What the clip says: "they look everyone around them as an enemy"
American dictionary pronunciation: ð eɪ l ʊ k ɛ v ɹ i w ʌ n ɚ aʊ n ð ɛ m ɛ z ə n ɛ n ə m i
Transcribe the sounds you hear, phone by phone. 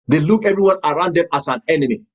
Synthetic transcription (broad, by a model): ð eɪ l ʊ k ɛ v ɹ i w ʌ n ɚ aʊ n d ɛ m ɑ s ə n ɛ n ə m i